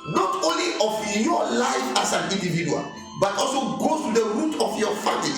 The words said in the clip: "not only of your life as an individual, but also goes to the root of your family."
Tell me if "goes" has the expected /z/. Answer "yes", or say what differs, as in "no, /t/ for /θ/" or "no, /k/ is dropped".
no, /z/ is dropped